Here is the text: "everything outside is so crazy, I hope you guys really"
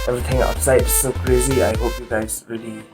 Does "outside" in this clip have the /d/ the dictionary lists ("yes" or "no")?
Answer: no